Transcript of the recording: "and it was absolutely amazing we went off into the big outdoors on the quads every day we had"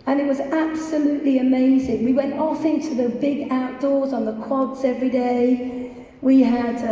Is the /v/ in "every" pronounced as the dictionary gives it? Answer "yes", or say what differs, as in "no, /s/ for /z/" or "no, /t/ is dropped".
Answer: yes